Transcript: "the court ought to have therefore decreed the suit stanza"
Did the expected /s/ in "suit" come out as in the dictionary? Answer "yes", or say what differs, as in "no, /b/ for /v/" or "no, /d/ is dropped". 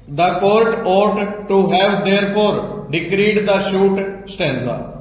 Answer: no, /ʃ/ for /s/